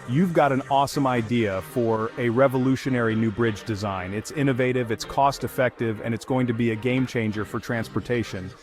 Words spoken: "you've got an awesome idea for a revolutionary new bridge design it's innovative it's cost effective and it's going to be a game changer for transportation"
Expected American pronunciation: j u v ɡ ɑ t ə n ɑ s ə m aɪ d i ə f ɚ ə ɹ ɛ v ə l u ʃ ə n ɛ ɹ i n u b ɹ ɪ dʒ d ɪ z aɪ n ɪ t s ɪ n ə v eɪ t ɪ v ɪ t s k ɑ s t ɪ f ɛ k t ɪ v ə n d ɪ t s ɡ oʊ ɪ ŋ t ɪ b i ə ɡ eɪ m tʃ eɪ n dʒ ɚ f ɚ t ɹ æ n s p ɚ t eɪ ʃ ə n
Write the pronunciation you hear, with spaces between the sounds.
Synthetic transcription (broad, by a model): j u v ɡ ɑ t ə n ɑ s ə m aɪ d i ə f ɚ ə ɹ ɛ v ə l u ʃ ə n ɛ ɹ i n u b ɹ ɪ dʒ d ɪ z aɪ n ɪ t s ɪ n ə v eɪ t ɪ v ɪ t s k ɑ s t ɪ f ɛ k t ɪ v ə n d ɪ t s ɡ oʊ ɪ ŋ t ɪ b i ə ɡ eɪ m tʃ eɪ n dʒ ɚ f ɚ t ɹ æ n s p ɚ t eɪ ʃ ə n